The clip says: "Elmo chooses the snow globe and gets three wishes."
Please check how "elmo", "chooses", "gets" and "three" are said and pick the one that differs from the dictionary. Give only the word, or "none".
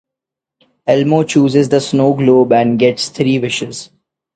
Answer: three